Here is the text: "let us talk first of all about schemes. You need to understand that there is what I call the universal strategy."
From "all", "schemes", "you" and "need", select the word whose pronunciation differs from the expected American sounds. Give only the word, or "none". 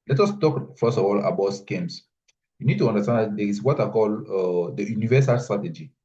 schemes